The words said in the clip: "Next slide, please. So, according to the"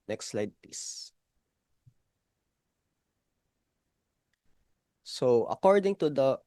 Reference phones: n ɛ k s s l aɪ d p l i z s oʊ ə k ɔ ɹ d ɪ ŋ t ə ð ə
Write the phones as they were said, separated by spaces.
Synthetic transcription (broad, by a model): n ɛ k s s l aɪ d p i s s oʊ ə k ɔ ɹ d ɪ ŋ t ə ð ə